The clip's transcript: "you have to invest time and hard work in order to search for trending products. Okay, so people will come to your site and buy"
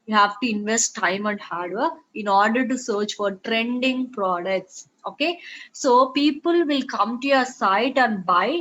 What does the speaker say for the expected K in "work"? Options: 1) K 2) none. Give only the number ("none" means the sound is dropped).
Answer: 2